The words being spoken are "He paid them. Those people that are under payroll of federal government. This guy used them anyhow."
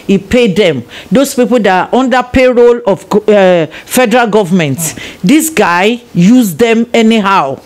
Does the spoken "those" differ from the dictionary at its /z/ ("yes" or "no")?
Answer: yes